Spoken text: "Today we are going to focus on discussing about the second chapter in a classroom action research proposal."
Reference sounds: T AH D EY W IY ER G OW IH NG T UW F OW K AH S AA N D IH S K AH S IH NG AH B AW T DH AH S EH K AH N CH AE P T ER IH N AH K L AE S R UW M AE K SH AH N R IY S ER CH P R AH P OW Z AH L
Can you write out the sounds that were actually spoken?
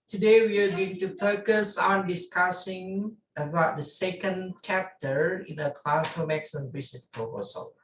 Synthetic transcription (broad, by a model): T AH D EY W IY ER G OW IH NG T UW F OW K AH S AA N D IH S K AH S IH NG AH B AW T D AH S EH K AH N CH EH P T ER IH N AH K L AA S AO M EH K S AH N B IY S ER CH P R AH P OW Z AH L